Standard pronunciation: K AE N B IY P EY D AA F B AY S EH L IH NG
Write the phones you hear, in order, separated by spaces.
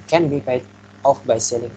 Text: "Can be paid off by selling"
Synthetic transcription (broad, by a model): K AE N B IY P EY AA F B AY S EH L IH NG